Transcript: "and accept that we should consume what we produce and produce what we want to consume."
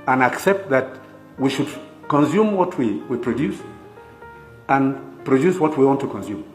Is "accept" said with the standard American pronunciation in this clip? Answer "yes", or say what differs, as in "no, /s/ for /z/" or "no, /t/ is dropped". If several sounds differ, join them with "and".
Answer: yes